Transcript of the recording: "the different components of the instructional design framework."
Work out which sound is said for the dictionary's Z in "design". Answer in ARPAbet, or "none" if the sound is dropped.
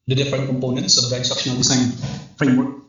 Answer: S